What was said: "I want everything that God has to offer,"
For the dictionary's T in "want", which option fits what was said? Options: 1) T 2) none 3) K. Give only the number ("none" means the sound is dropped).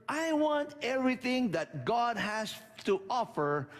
1